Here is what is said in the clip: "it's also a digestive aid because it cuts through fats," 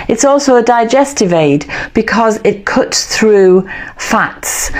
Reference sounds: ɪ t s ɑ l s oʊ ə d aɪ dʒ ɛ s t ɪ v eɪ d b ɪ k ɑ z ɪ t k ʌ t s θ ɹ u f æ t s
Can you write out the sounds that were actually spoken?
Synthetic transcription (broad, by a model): ɪ t s ɑ l s oʊ ə d aɪ dʒ ɛ s t ɪ v eɪ d b ɪ k ɑ z ɪ t k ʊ t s θ ɹ u f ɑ t s